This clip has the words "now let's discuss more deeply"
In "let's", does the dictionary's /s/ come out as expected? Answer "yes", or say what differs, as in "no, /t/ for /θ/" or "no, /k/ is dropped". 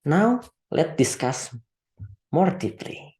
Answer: no, /s/ is dropped